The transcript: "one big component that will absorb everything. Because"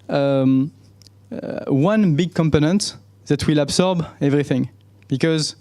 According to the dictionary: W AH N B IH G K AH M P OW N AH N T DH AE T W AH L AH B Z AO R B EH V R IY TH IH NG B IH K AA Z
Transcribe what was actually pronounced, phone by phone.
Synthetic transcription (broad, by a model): W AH N B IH G K AH M P OW N AH N T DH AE T W AH L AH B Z AO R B EH V R IY TH IH NG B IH K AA Z